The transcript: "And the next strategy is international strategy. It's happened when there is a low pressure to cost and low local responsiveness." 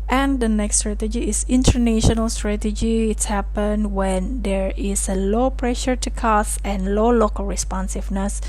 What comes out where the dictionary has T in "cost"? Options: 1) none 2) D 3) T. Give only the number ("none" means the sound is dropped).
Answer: 1